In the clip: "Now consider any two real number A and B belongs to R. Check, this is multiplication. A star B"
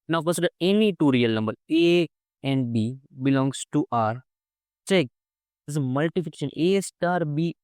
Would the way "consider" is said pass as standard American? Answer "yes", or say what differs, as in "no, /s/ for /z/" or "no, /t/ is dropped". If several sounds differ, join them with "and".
no, /n/ is dropped